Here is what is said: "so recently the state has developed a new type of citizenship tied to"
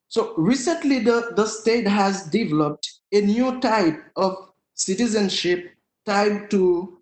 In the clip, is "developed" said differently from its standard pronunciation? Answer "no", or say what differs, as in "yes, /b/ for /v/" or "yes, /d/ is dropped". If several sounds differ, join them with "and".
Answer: no